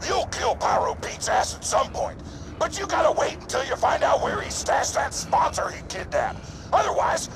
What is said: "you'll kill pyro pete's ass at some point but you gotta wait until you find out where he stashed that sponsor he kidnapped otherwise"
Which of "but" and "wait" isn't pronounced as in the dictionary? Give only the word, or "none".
none